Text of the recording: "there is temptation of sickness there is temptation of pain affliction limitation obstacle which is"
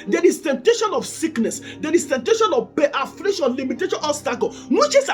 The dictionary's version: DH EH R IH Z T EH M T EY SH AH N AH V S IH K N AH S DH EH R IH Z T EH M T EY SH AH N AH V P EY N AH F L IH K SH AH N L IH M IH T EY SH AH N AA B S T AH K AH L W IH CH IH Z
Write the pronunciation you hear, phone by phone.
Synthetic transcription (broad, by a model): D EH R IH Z T EH M T EY SH AH N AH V S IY K N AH S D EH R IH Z T EH M T EY SH AH N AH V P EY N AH F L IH SH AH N L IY M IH T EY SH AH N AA S T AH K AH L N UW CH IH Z